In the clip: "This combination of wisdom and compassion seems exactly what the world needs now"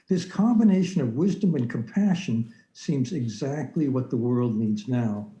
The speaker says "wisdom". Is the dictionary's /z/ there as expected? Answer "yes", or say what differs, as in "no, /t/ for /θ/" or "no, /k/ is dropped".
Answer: yes